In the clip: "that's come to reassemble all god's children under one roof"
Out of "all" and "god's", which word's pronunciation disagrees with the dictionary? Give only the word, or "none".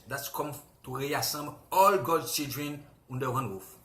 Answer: god's